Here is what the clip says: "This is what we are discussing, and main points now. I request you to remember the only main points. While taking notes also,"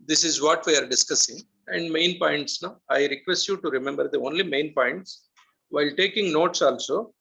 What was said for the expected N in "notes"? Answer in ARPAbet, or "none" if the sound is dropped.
N